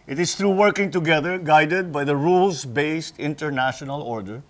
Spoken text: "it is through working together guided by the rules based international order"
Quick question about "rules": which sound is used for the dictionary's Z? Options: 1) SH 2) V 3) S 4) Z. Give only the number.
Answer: 3